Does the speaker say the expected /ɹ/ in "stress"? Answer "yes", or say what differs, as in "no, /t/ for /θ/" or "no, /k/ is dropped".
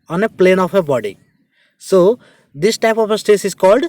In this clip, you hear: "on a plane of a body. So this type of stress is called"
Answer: no, /ɹ/ is dropped